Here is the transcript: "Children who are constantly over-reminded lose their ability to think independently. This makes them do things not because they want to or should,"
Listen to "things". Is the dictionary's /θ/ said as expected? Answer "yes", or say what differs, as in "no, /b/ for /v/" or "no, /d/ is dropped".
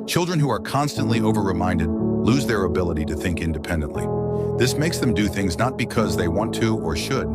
yes